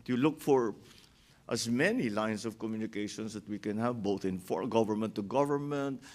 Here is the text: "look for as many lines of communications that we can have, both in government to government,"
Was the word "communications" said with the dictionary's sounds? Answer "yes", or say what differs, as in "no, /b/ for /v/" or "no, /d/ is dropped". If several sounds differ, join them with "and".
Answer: no, /s/ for /z/